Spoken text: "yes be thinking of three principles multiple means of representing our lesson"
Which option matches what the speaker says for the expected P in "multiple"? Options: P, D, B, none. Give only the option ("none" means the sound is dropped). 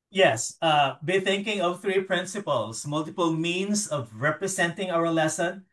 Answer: P